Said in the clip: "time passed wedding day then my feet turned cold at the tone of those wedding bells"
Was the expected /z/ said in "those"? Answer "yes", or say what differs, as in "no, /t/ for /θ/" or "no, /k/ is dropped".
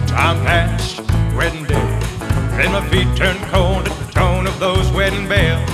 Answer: yes